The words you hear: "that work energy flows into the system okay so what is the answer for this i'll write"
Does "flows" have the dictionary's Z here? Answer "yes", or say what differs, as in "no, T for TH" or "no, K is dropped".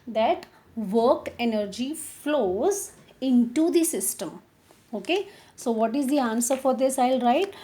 yes